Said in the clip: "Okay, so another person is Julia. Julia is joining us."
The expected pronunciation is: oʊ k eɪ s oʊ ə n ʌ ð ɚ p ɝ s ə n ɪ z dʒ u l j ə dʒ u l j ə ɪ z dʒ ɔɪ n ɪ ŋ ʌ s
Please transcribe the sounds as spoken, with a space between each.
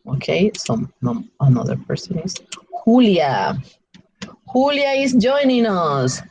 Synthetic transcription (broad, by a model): oʊ k eɪ s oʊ ə n ʌ ð ɚ p ɝ s ə n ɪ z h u l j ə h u l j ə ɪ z dʒ ɔɪ n ɪ ŋ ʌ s